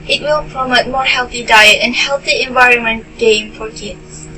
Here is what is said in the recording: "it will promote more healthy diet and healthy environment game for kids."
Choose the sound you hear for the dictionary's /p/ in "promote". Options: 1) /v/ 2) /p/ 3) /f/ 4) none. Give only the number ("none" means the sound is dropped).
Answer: 2